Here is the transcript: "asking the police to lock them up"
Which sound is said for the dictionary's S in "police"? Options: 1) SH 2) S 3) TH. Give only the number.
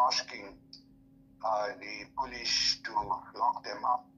1